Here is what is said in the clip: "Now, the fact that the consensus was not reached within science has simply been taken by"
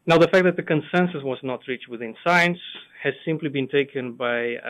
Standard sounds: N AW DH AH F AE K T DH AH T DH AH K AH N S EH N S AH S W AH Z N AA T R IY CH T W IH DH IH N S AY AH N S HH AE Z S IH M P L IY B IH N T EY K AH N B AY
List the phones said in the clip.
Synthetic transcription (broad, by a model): N AW DH AH F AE K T DH AH T DH AH K AH N S EH N S AH S W AH Z N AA T R IY CH T W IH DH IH N S AY AH N S HH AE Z S IH M P L IY B IH N T EY K AH N B AY